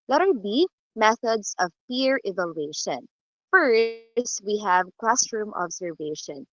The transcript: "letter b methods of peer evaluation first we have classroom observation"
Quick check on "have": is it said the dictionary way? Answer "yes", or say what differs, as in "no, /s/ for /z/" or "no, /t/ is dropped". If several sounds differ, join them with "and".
yes